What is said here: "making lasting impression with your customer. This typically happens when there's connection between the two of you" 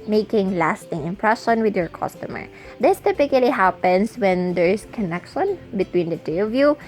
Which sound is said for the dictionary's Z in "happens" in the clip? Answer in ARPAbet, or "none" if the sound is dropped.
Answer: S